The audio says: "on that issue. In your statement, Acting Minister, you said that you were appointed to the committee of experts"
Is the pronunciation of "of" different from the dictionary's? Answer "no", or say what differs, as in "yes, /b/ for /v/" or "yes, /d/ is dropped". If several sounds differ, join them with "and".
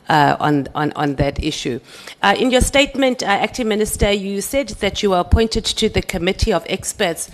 no